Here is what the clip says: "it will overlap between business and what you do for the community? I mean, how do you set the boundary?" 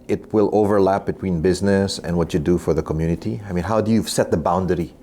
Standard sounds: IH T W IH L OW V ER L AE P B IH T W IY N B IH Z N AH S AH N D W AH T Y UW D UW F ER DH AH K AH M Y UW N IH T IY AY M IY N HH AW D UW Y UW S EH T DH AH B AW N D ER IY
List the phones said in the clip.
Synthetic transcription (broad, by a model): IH T W IH L OW V ER L AE P B IH T W IY N B IH Z N AH S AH N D W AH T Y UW D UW F ER DH AH K AH M Y UW N IH T IY AY M IY N HH AW D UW Y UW S EH T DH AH B AW N D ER IY